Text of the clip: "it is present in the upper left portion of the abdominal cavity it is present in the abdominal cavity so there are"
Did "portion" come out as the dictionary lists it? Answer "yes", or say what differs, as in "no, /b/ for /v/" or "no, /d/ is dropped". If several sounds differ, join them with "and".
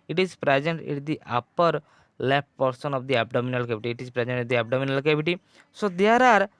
no, /s/ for /ʃ/